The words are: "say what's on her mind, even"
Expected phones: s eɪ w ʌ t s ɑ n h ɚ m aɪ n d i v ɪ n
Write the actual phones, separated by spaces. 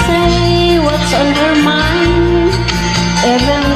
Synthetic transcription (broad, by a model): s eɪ w ʌ t s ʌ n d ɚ m aɪ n ɛ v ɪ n